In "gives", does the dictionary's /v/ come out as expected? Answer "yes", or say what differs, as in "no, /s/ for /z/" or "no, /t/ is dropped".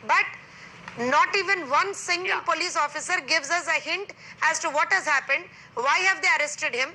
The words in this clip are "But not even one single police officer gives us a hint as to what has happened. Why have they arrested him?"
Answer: yes